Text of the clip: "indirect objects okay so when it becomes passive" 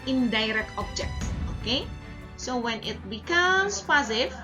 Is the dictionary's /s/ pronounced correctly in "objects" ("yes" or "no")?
no